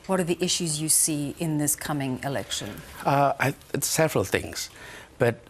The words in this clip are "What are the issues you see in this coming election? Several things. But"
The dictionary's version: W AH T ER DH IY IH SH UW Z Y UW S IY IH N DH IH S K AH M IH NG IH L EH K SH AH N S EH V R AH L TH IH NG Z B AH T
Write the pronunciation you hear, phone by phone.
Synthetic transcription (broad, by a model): W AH T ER DH IY IH SH UW Z Y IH S IY IH N DH IH S K AH M IH NG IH L EH K SH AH N S EH V R AH L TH IH NG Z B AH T